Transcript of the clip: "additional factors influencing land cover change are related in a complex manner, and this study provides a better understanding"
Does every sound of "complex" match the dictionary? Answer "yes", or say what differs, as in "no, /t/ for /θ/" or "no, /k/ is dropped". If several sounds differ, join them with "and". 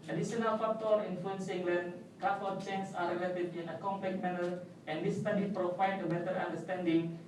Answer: no, /s/ is dropped